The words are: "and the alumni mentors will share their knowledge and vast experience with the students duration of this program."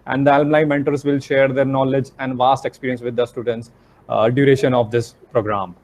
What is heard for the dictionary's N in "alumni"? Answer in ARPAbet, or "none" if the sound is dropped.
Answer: L